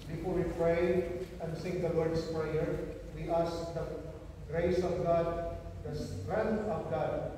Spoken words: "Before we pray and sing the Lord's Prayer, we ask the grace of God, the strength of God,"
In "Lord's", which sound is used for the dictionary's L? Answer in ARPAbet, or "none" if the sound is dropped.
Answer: W